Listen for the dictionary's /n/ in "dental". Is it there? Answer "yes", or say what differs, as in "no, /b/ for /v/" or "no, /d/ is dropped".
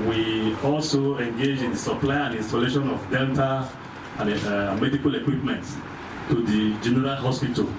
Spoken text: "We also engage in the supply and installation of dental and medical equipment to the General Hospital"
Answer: no, /l/ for /n/